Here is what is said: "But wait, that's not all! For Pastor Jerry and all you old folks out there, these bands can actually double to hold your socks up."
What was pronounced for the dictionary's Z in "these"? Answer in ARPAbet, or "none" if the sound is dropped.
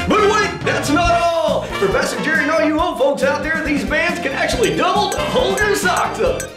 Z